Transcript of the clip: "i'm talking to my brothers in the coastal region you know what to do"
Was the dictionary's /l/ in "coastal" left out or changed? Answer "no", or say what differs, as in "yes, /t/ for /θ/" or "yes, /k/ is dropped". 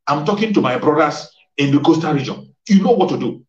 yes, /n/ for /l/